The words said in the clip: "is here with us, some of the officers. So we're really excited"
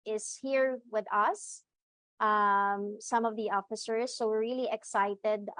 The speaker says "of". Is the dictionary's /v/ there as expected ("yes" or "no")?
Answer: yes